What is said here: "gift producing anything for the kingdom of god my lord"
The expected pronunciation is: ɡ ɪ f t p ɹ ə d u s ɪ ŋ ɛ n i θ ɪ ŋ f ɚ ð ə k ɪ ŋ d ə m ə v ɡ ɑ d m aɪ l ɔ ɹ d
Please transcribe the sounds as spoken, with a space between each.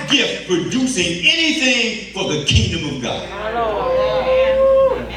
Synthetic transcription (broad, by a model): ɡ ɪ f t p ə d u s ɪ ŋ ɛ n i θ ɪ ŋ f ɚ ð ə k ɪ ŋ d ə m ə v ɡ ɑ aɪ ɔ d